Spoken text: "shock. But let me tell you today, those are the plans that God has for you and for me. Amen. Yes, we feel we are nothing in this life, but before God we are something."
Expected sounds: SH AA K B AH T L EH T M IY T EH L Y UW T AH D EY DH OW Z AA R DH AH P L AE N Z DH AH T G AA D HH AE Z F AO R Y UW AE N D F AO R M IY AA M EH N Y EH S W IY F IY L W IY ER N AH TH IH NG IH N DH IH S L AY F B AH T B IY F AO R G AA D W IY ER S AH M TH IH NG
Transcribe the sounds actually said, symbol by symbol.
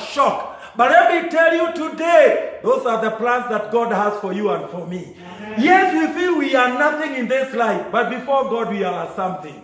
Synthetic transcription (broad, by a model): SH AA K B AH T L EH T M IY T EH L Y UW T AH D EY DH OW Z AA R DH AH P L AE N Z DH AH T G AA D HH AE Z F AO R Y UW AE N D F AO R M IY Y EH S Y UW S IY IY W IY ER N AH TH IH NG IH N DH IH S L AY F B AH T B IY F AO R G AA D W IY ER S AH M TH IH NG